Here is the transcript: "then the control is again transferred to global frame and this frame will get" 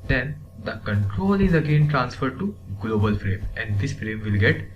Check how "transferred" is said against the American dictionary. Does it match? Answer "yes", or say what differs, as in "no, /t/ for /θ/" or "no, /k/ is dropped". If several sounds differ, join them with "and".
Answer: yes